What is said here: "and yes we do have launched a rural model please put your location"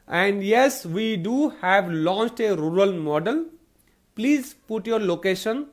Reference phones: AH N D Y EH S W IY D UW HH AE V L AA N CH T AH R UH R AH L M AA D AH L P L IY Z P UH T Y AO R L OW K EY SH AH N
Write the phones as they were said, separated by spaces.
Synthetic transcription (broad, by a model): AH N D Y EH S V IY D UW HH AE V L AA N CH T AH R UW R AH L M AA D AH L P L IY Z P UH T Y AO R L OW K EY SH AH N